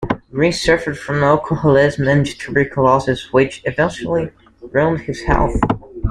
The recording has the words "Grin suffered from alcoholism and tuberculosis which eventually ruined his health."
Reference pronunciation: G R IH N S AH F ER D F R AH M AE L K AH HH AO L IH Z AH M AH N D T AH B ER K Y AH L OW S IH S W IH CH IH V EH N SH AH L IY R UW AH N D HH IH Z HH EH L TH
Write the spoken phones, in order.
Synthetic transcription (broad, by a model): R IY S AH F ER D F R AH M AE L K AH HH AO L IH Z M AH N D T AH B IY K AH L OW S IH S W IH CH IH V EH N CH L IY R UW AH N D HH IH Z HH EH L TH